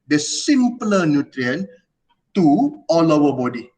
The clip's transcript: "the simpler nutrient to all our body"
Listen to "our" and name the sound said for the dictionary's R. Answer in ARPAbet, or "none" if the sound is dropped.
W